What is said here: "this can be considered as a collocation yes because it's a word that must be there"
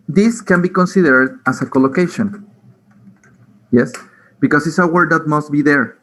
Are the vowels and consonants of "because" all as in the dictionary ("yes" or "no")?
no